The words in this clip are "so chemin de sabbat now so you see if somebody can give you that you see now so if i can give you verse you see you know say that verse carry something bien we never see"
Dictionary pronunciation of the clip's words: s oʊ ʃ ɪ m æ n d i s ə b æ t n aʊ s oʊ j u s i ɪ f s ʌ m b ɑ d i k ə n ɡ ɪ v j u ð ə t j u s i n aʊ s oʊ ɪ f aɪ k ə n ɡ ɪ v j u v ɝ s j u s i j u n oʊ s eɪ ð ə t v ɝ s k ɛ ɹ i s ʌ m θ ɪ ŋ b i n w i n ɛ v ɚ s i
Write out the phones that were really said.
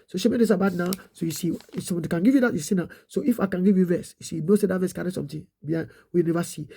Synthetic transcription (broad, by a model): s oʊ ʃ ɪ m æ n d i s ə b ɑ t n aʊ s oʊ j u s i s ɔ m ɑ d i k ə n ɡ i v j u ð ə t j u s i n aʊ s oʊ ɪ f aɪ k ə n ɡ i v j u v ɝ s j u s i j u n oʊ s eɪ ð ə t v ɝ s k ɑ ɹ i s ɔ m t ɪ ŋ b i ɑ w i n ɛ v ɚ s i